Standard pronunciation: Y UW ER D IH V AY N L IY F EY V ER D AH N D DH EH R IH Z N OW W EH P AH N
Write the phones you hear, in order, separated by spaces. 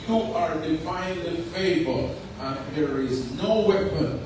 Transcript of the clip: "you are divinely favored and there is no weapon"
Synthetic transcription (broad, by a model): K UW ER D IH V AY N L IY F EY B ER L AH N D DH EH R IH Z N OW W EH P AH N